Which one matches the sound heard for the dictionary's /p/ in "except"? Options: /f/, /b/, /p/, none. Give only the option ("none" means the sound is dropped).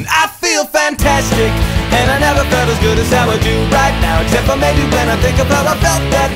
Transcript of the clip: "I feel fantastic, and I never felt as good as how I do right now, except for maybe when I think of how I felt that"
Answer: /p/